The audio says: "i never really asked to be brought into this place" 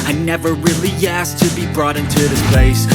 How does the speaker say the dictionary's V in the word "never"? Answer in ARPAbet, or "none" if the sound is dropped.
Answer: V